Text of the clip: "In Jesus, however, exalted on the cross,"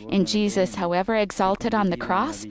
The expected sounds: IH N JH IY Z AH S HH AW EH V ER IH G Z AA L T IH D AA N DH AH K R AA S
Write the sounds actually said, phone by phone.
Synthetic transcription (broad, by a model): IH N JH IY Z AH S HH AW EH V ER IH G Z AA L T IH D N DH AH K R AA S